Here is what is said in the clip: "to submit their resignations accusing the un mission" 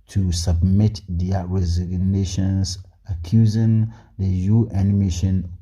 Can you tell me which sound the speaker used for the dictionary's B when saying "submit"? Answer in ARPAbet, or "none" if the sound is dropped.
B